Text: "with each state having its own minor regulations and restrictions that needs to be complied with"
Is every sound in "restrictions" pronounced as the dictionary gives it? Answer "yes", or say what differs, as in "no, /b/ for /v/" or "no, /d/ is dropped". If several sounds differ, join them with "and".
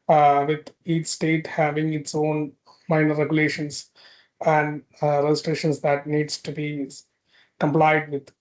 no, /k/ is dropped